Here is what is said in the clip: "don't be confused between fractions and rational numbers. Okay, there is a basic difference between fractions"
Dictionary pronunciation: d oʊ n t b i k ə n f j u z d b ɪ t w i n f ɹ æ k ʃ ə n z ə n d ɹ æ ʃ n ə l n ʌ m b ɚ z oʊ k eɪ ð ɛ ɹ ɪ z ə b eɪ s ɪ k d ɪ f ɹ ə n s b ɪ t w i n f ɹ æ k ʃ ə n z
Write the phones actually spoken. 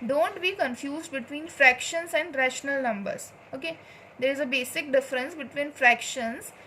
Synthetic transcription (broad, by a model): d oʊ n t b i k ə n f j u z d b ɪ t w i n f ɹ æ k ʃ ə n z ə n d ɹ æ ʃ n ə l n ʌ m b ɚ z oʊ k eɪ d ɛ ɹ ɪ z ə b eɪ s ɪ k d ɪ f ɹ ə n s b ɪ t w i n f ɹ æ k ʃ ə n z